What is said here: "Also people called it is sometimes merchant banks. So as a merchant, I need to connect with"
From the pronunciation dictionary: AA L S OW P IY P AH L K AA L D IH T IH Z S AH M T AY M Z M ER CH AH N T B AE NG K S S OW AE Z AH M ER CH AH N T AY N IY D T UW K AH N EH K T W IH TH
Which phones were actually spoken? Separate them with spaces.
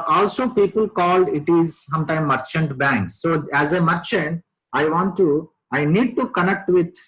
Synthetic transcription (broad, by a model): AA L S OW P IY P AH L K AA L D IH T IH Z S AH M T AY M M ER CH AH N T B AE NG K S S OW AE Z AH M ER CH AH N T AY N IY D T UW K AH N EH K T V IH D